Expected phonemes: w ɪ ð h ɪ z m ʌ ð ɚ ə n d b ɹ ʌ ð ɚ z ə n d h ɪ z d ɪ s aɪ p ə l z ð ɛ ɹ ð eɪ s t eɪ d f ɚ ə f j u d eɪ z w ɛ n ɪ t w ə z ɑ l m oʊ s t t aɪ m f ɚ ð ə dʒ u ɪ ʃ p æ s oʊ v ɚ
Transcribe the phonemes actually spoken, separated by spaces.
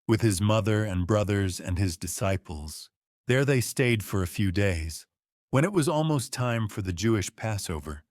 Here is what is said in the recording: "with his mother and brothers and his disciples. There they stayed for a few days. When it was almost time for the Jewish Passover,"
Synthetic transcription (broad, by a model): w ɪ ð ɪ z m ʌ ð ɚ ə n b ɹ ʌ ð ɚ z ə n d ɪ z d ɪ s aɪ p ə l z ð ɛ ɹ ð eɪ s t eɪ d f ɚ ə f j u d eɪ z w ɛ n ɪ t w ə z ɑ l m oʊ s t t aɪ m f ɚ ð ə dʒ u ɪ ʃ p æ s oʊ v ɚ